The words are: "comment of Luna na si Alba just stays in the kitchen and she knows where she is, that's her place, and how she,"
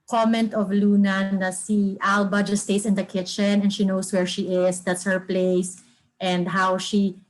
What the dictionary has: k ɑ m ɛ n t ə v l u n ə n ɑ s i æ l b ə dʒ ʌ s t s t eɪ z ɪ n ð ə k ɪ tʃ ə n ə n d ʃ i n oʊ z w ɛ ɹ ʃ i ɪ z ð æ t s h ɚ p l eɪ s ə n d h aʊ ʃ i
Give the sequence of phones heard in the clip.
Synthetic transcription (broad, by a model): k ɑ m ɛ n t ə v l u n ə n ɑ s i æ l b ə dʒ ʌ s s t eɪ s ɪ n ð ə k ɪ tʃ ə n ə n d ʃ i n oʊ s w ɛ ɹ ʃ i ɪ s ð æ t s h ɚ p l eɪ s ə n d h aʊ ʃ i